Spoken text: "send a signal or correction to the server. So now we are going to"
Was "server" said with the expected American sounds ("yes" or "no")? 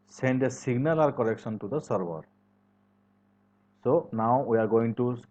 no